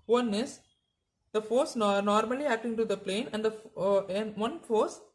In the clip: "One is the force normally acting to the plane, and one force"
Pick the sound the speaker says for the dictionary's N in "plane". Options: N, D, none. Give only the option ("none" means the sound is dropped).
N